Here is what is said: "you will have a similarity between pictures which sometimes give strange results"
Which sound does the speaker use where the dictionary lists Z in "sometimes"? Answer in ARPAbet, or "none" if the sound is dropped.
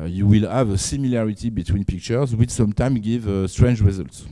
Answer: none